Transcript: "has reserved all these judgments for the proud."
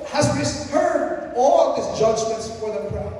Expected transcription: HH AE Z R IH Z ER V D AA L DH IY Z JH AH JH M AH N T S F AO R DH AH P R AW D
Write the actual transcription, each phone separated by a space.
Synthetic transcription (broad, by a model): HH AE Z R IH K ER D AA L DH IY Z JH AH JH M AH N T S F AO R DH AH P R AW